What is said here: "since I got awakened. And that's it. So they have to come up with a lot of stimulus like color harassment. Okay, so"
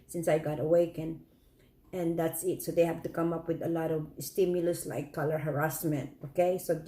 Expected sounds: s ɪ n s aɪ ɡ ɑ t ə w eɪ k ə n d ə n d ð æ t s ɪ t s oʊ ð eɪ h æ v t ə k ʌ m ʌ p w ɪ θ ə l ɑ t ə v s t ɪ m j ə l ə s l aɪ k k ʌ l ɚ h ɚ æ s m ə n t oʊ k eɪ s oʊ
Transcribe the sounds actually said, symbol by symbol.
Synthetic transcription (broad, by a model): s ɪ n s aɪ ɡ ɑ t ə w eɪ k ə n ə n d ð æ t s ɪ t s oʊ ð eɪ h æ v t ə k ʌ m ʌ p w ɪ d ə l ɑ t ə v s t ɪ m j ə l ə s l aɪ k k ʌ l ɚ h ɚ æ s m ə n t oʊ k eɪ s oʊ